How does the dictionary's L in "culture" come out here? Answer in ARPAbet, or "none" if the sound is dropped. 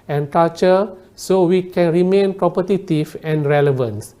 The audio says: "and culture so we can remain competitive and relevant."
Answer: none